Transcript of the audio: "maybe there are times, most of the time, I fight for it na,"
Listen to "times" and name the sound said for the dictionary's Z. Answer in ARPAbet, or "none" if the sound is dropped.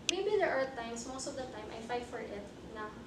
S